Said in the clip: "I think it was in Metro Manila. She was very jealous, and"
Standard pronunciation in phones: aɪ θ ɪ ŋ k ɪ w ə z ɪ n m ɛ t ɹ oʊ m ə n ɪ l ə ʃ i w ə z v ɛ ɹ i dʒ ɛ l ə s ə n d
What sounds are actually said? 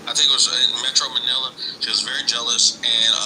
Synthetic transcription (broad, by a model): aɪ θ ɪ ŋ k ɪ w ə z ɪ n m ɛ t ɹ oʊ m ə n ɪ l ə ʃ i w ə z v ɛ ɹ i dʒ ɛ l ə s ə n